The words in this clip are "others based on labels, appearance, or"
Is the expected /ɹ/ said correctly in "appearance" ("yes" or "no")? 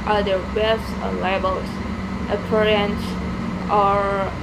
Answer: yes